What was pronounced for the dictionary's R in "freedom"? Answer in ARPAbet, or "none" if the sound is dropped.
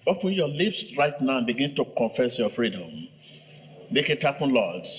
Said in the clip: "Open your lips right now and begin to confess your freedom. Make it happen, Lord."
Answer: R